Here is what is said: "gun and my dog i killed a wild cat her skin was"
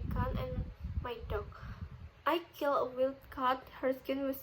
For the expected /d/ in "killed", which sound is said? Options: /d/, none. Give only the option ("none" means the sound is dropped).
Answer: none